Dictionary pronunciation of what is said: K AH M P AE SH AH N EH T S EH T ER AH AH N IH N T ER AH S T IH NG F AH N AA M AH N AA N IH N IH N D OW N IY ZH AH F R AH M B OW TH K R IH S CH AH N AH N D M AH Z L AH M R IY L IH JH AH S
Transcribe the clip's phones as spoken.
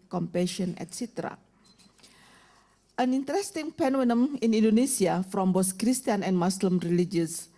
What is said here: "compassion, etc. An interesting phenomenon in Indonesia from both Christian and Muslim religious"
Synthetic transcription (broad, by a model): K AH M P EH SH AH N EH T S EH T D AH AH N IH N T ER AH S T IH NG P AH N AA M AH N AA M IH N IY N D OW N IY S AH F R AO M B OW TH K R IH S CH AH N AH N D M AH S L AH M R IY L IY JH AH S